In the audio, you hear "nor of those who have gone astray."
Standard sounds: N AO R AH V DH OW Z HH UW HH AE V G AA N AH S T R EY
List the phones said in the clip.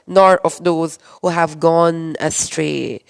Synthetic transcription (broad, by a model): N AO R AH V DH OW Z HH UW HH AE V G AA N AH S T R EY